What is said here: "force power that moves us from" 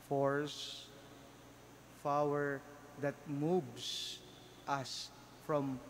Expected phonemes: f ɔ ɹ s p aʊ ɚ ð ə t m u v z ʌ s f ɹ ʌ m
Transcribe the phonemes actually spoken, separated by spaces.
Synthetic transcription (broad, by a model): f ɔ ɹ s f aʊ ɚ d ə t m u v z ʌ s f ɹ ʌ m